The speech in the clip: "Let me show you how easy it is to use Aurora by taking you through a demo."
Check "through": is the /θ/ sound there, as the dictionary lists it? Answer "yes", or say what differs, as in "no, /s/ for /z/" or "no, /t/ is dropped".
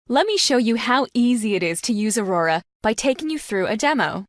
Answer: yes